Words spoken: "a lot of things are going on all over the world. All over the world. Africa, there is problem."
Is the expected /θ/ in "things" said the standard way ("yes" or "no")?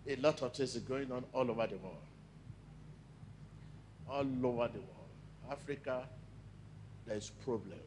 no